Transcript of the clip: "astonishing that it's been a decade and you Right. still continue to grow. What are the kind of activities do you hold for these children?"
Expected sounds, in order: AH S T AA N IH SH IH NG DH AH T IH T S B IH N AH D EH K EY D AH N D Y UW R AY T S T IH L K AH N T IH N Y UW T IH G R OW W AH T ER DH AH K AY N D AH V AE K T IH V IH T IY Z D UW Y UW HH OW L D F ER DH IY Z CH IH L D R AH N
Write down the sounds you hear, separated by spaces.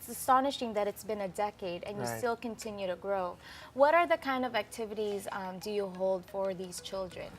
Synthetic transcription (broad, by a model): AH S T AA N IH SH IH NG DH AH T IH T S B IH N AH D EH K EY D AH N Y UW S T IH L K AH N T IH N Y UW T IH G R OW W AH T ER DH AH K AY N D AH V AE K T IH V IH T IY Z D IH Y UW HH OW L D F ER DH IY Z CH IH L D R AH N